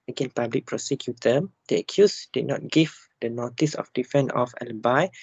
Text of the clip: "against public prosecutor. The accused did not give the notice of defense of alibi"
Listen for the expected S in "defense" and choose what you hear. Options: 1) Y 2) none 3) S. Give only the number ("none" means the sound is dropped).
2